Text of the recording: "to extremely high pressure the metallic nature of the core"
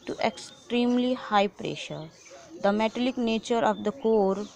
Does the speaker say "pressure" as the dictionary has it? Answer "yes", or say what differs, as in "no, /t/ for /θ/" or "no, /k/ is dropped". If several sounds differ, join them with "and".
yes